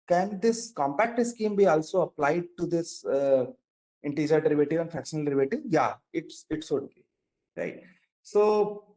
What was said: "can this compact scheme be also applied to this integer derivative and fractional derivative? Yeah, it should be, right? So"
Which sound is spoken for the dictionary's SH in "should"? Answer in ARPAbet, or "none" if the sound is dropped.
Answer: S